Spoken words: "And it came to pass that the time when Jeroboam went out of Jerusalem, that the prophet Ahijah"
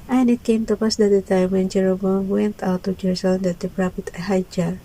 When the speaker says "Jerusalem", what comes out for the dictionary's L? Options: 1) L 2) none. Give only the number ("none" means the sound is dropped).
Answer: 2